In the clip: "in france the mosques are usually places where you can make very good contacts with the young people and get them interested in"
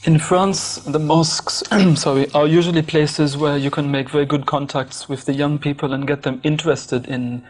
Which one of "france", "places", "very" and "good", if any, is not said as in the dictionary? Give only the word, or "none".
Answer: none